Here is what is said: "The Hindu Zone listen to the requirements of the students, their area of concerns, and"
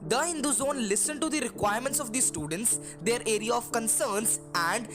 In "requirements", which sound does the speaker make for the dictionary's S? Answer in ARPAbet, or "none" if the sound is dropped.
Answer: S